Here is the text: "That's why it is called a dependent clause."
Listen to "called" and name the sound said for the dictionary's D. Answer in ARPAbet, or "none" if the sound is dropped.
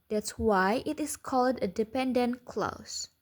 D